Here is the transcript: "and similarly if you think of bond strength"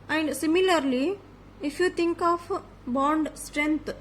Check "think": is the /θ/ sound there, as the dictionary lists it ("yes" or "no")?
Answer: no